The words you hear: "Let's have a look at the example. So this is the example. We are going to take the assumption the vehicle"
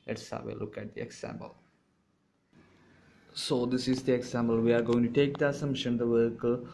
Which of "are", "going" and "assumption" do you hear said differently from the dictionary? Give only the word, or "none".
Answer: assumption